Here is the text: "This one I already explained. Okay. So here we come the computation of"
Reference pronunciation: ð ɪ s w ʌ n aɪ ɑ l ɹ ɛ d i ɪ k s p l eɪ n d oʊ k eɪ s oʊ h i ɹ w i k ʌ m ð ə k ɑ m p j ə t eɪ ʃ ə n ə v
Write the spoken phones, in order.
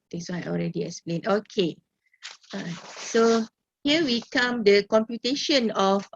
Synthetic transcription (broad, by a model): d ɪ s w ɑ aɪ ɑ l ɹ ɛ d i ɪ k s p l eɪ n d oʊ k eɪ s oʊ h i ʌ w i k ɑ m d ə k ɑ m p j ə t eɪ ʃ ə n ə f